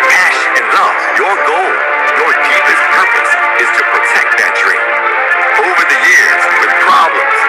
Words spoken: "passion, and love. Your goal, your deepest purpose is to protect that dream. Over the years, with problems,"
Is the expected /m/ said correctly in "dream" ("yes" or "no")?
no